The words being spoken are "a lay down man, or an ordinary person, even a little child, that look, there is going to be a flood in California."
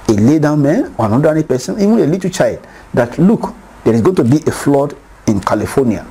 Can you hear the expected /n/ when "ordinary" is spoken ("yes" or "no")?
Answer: no